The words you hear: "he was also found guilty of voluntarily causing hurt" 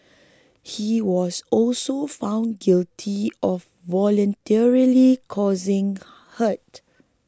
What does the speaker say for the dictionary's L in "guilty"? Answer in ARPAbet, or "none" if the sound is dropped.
L